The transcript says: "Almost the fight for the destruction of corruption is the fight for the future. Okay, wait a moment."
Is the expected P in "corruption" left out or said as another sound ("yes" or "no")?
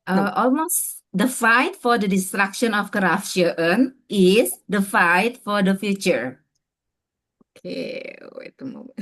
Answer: yes